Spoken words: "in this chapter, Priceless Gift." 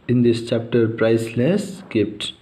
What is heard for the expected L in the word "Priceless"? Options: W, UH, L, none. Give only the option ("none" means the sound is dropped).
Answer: L